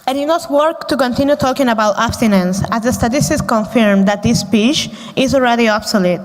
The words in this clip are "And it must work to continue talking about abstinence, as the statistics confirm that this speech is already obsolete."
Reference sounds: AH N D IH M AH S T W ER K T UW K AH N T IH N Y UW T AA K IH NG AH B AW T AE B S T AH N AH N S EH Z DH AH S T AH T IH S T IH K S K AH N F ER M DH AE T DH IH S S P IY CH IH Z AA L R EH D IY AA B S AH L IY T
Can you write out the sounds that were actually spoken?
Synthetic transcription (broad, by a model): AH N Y IH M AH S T W ER K T UW K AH N T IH N Y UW T AA K IH NG AH B AW T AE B S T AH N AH N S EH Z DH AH S T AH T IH S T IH S K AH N F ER M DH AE T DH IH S S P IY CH IH Z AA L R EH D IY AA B S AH L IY T